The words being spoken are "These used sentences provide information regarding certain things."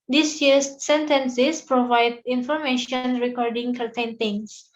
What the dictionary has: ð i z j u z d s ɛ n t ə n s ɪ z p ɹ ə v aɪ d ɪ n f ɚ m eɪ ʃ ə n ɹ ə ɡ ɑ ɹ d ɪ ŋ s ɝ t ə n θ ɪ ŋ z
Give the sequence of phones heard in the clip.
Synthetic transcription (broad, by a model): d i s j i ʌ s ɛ n t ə n s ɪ s p ɹ ə v aɪ d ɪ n f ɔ m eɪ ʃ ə n ɹ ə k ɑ ɹ d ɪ ŋ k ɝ t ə n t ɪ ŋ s